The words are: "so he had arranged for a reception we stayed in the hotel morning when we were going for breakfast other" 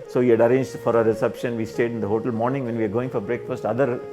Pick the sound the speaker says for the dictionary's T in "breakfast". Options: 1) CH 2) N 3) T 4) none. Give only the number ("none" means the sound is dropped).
3